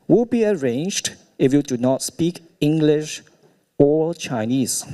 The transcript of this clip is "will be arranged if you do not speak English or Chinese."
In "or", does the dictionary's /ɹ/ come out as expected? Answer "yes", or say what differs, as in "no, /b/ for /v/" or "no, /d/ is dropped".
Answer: no, /l/ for /ɹ/